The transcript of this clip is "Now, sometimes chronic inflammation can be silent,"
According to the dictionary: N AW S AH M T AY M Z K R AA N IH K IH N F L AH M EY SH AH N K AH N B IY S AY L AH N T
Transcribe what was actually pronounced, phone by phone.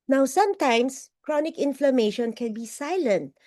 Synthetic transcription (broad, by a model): N AW S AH M T AY M S K R AA N IH K IH N F L AH M EY SH AH N K AH N B IY S AY L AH N T